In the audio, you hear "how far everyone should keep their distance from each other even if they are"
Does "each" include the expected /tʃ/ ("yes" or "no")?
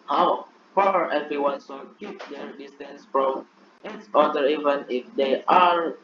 no